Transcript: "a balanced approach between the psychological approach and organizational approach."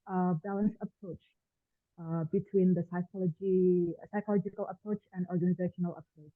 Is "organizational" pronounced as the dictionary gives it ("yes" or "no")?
yes